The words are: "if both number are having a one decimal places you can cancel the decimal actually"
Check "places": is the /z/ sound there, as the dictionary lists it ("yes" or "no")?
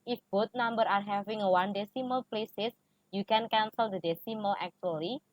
no